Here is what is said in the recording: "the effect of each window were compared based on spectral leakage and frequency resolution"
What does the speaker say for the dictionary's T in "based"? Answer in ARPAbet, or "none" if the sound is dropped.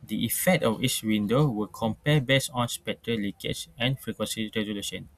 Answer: none